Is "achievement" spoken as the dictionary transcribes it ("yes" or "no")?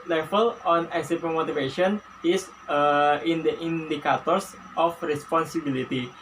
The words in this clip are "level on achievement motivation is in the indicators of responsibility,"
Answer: no